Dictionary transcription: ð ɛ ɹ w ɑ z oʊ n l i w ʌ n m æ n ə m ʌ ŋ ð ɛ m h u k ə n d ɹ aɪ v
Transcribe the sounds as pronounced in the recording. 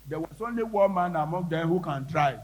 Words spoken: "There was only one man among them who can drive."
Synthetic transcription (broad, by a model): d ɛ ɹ w ɑ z oʊ n l i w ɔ l m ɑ n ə m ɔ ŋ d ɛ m h u k ə n d ɹ aɪ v